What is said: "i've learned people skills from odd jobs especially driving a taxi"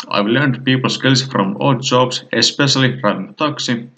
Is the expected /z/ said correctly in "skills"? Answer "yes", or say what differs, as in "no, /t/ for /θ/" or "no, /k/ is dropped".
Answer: no, /s/ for /z/